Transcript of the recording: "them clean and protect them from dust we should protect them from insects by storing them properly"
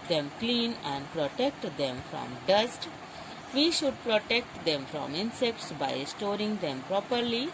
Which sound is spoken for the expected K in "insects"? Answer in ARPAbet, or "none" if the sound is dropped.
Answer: K